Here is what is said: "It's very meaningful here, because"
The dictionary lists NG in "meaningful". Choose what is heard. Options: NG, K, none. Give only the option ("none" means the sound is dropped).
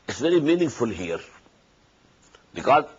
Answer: NG